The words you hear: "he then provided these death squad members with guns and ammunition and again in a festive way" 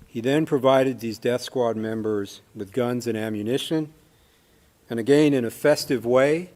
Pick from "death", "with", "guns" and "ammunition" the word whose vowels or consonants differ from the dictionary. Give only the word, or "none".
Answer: none